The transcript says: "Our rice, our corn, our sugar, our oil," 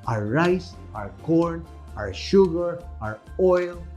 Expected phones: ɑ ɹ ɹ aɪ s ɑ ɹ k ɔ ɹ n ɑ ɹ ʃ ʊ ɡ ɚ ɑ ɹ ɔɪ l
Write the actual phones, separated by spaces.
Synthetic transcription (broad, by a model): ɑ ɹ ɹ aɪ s ɑ ɹ k ɔ ɹ n ɑ ɹ ʃ ʊ ɡ ɚ ɑ ɹ ɔɪ l